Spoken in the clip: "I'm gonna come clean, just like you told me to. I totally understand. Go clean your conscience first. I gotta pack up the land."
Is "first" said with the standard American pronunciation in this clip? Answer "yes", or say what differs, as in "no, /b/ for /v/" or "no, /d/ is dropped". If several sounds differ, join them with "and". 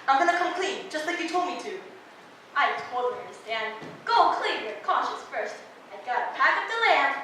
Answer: yes